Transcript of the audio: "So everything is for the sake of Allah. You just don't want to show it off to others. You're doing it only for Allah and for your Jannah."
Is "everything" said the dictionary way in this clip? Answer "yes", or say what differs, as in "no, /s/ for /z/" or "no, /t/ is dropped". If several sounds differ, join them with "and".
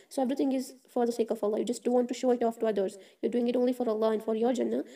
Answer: no, /t/ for /θ/